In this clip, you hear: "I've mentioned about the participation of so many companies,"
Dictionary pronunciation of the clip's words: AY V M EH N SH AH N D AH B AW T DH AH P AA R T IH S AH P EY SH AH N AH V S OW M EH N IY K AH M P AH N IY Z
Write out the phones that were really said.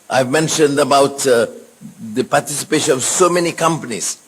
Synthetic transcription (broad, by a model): AY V M EH N SH AH N D AH B AW T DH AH P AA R T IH S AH P EY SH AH N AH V S OW M EH N IY K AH M P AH N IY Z